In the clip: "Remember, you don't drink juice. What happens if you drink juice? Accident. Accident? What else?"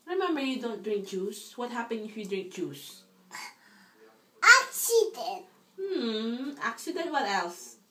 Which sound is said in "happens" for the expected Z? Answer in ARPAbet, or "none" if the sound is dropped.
none